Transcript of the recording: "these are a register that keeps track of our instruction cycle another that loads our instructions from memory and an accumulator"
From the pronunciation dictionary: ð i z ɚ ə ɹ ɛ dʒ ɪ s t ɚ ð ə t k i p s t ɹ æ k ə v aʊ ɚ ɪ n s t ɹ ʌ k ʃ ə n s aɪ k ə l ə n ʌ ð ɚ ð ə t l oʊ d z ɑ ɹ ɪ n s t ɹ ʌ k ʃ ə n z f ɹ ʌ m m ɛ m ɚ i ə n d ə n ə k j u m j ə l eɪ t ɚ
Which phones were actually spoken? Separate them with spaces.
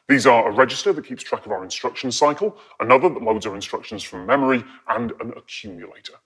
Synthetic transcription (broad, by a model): ð i z ɚ ə ɹ ɛ dʒ ɪ s t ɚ ð ə t k i p s t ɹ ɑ k ə v aʊ ɚ ɪ n s t ɹ ʌ k ʃ ə n s aɪ k ə l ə n ʌ ð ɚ ð ə t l oʊ d z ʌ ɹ ɪ n s t ɹ ʌ k ʃ ə n z f ɹ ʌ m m ɛ m ɚ i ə n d ə n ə k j u m j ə l eɪ t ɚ